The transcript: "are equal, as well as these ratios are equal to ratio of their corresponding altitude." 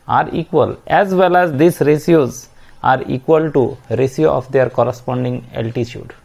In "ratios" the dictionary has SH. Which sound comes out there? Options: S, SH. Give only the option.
S